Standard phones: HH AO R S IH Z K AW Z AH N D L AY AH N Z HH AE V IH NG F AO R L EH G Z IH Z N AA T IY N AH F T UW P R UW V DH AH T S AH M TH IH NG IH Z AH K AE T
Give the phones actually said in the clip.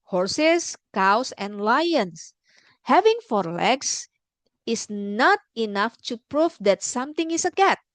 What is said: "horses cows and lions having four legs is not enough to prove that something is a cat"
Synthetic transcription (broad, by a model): HH AO R S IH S K AW S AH N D L AY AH N S HH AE V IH NG F AO R L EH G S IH S N AA T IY N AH F T UW P R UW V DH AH T S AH M T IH NG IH S AH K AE T